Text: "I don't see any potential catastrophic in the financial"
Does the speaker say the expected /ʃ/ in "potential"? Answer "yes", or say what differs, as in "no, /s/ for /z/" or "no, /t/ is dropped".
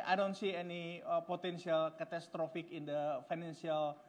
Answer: no, /s/ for /ʃ/